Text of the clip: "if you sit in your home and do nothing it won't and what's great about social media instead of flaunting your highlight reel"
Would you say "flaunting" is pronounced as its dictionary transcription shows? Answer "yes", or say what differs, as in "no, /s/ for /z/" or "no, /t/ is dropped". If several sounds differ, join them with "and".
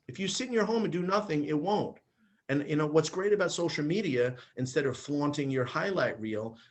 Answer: yes